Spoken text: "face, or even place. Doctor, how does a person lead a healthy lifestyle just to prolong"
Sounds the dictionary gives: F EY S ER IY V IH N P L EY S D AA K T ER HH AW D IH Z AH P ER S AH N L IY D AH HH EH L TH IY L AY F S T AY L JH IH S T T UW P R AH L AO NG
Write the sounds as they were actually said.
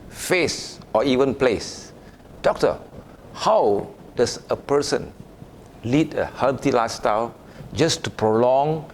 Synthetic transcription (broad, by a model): F EY S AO IY V IH N P L EY S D AA K T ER HH AW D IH S AH P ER S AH N L IY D AH HH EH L T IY L AY S T AY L JH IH S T T UW P R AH L AO NG